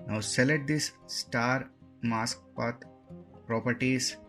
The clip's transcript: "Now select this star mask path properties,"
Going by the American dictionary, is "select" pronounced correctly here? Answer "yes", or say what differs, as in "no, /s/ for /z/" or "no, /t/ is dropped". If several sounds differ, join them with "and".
no, /k/ is dropped